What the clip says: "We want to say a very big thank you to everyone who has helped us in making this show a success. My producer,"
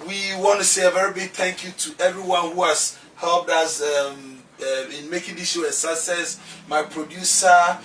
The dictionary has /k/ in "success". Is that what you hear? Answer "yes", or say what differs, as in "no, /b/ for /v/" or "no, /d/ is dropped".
no, /k/ is dropped